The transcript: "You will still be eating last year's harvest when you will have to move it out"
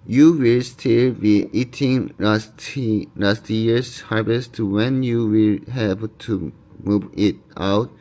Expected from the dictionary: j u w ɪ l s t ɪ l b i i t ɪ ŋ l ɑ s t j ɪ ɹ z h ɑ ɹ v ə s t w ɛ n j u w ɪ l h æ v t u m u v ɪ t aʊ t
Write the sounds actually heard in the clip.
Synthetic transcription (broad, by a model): j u w ɪ l s t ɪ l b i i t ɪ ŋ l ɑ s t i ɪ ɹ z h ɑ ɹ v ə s t w ɛ n j u w ɪ l h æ b t u m u v ɪ t aʊ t